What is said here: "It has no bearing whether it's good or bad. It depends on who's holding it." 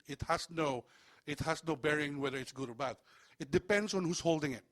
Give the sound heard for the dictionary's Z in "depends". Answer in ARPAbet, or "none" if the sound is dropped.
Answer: S